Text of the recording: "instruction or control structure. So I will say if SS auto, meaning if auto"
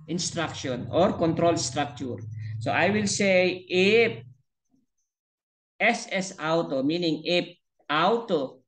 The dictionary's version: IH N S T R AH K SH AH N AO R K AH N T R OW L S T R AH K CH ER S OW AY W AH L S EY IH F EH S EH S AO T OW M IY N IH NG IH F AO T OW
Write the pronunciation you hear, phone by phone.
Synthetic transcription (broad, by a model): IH N S T R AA K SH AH N AO R K AH N T R OW L S T R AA K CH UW S OW AY W AH L S EY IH P EH S EH S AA T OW M IY N IH NG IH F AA T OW